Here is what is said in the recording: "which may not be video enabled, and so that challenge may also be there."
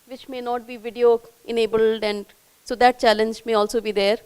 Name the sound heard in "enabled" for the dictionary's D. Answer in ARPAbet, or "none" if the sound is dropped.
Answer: D